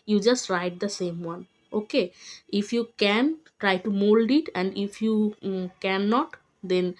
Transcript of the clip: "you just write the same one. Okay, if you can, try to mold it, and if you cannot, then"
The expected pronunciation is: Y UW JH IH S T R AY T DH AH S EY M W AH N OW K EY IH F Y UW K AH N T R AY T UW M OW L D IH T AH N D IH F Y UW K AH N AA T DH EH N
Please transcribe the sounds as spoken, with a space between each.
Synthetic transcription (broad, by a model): Y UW JH IH S T R AY T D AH S EY M W AH N OW K EY IH F Y UW K AH N T R AY T UW M OW L D IH T AH N D IH F Y UW K AH N AA T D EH N